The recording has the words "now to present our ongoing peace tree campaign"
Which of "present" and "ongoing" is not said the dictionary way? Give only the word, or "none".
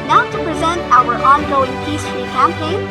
none